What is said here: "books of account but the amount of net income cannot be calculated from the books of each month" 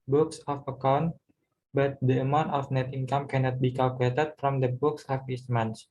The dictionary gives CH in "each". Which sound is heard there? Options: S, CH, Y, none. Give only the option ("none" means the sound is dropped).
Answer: S